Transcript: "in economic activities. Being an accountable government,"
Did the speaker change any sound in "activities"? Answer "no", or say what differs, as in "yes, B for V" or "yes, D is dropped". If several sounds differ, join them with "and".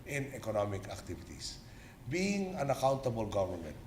yes, S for Z